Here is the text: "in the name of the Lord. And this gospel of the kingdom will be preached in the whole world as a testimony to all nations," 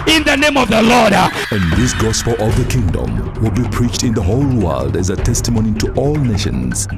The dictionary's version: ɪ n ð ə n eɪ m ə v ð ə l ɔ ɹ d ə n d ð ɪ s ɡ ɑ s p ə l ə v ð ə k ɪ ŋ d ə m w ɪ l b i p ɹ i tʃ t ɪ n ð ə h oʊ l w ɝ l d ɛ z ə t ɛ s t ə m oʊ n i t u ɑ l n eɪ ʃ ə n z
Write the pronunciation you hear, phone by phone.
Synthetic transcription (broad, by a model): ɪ n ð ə n eɪ m ə v ð ə l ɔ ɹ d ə n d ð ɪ s ɡ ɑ s p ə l ə v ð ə k ɪ ŋ d ə m w ɪ l b i p ɹ i tʃ t ɪ n ð ə h oʊ l w ɝ l d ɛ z ə t ɛ s t ə m oʊ n i t u ɑ l n eɪ ʃ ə n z